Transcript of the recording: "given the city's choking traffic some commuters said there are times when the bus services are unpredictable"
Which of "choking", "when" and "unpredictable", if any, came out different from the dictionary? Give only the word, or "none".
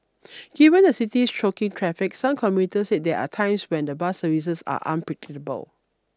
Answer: unpredictable